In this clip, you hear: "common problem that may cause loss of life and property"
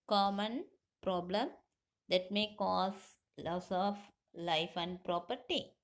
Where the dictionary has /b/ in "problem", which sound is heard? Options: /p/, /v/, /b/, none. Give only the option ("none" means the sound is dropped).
/b/